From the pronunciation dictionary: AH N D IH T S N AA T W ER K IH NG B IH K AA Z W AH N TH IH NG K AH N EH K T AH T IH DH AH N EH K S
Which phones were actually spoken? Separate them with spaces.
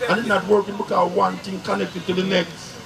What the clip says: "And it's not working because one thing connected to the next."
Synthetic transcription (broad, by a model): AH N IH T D N AA T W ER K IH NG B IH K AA W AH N T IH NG K AH N EH K T AH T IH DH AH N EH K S